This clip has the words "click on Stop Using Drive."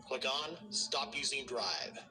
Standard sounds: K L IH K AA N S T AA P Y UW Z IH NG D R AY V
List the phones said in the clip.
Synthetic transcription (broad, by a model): K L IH K N S T AA P Y UW Z IH NG D R AY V